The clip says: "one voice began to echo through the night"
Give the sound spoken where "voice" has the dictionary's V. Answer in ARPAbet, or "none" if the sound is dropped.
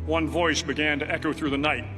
V